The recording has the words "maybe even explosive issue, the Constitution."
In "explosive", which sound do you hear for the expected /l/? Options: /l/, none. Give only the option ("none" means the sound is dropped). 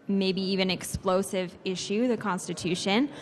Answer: /l/